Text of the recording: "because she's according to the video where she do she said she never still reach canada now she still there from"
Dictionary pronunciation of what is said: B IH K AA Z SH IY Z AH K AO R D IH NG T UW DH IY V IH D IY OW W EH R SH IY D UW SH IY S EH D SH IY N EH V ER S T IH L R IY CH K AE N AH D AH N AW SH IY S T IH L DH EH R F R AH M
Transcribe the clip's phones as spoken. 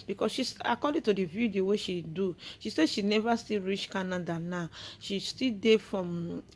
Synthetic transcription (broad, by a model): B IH K AA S SH IY S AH K AO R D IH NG T UW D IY V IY D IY OW W EH SH IY D UW SH IY S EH SH IY N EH V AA S T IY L R IY CH K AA N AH D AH N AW SH IY S T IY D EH F R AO M